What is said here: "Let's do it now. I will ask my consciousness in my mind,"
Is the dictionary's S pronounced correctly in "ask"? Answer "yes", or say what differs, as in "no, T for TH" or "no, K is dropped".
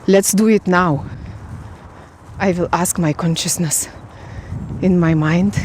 yes